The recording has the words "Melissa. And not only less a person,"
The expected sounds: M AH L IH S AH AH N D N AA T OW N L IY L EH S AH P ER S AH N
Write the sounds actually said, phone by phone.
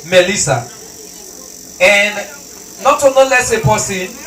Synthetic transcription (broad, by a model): M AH L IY S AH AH N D N AA T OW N IY L EH S AH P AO S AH